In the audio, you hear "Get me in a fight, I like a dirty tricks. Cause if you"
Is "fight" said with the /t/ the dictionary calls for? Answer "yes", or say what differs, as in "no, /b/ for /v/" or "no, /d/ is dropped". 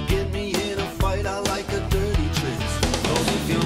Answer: yes